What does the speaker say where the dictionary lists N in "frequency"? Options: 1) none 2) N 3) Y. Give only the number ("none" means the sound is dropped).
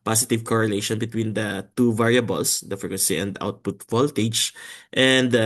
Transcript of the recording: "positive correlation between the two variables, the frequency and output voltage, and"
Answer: 1